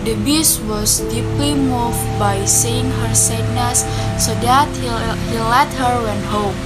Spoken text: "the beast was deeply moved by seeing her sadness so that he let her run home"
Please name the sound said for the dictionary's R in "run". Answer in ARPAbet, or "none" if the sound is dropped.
W